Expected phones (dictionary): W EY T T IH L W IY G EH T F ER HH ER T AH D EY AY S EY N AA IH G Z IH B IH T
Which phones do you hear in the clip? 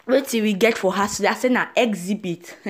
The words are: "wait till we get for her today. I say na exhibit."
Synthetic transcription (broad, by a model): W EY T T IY W IY G EH T F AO HH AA S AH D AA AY S EY N AA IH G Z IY B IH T